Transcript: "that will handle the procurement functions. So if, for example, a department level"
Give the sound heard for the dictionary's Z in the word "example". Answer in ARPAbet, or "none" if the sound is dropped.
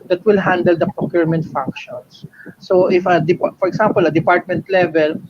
S